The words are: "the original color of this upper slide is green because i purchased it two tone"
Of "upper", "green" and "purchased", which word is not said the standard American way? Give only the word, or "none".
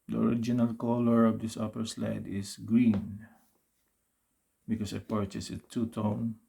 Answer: purchased